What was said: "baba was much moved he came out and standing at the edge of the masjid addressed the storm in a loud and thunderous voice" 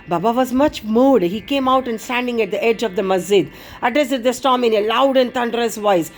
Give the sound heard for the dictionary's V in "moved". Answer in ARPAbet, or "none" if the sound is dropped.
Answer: none